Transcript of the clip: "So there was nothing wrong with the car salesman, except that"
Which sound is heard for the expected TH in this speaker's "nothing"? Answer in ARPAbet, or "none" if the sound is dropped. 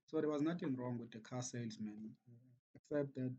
T